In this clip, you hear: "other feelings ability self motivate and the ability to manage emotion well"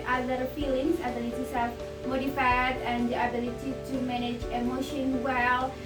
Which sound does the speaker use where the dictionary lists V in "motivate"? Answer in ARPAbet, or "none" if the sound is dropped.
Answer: F